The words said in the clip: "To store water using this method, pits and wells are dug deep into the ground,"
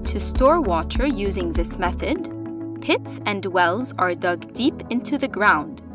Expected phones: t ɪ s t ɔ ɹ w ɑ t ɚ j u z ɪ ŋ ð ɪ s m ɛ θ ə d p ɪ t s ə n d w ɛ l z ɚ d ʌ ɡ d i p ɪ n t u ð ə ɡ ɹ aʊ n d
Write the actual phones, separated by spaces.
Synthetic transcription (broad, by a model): t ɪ s t ɔ ɹ w ɑ t ɚ j u z ɪ ŋ ð ɪ s m ɛ θ ə d p ɪ t s ə n d w ɛ l z ɚ d ʌ ɡ d i p ɪ n t u ð ə ɡ ɹ aʊ n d